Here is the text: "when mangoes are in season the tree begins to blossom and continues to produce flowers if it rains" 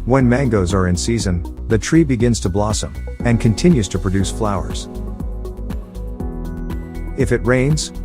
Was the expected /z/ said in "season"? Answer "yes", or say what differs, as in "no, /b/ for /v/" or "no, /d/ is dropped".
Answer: yes